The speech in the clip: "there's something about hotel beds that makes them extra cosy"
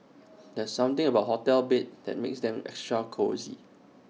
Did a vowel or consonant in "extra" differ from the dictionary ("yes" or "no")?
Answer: no